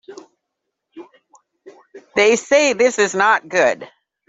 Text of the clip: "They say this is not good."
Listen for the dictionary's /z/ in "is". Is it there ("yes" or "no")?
yes